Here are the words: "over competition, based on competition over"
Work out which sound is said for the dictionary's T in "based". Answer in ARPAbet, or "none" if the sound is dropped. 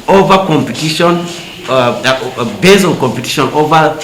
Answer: none